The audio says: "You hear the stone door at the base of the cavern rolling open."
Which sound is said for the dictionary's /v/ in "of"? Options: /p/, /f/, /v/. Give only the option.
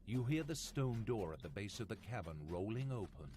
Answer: /v/